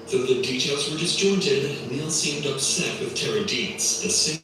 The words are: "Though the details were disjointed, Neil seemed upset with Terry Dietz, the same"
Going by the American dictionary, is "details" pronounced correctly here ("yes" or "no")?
yes